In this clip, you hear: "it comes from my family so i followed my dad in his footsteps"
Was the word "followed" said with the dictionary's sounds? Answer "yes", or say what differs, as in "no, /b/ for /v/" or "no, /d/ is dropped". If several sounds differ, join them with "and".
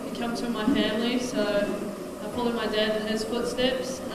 no, /p/ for /f/